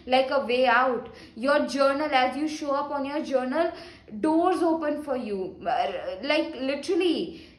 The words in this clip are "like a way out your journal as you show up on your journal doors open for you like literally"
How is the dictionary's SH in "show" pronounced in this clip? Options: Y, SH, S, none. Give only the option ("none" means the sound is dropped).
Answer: SH